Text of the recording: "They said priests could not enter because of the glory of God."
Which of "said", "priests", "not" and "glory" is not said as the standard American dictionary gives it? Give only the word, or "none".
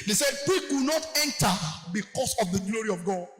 priests